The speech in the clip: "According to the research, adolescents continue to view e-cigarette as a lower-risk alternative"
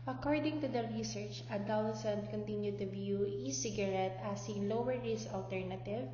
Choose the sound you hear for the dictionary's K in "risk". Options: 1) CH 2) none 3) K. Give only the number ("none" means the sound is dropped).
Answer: 2